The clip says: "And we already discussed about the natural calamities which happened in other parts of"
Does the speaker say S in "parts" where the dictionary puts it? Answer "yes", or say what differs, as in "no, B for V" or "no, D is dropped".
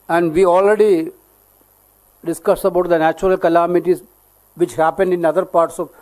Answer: yes